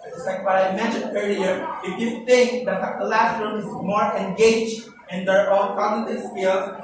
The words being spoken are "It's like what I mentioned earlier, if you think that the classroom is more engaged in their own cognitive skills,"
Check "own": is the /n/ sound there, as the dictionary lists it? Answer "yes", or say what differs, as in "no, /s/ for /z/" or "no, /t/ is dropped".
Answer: no, /l/ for /n/